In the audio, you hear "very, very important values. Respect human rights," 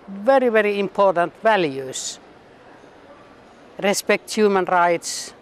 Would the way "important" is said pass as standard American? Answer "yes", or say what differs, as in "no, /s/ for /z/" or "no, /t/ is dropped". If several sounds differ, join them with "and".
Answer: yes